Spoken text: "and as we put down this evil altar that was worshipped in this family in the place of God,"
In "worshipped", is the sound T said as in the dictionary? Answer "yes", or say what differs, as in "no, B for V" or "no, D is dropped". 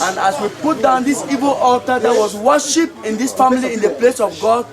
no, T is dropped